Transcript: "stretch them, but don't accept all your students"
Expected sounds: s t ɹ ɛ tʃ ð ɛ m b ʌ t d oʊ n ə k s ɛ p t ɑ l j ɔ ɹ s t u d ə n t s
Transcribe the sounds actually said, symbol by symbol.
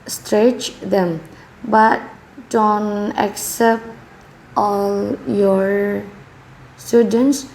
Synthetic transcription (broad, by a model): s t ɹ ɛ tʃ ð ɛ m b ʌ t d oʊ n ə k s ɛ p t ɑ l j ɔ ɹ s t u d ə n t s